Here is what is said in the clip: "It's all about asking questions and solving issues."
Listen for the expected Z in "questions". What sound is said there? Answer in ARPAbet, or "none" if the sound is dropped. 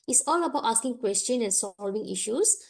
none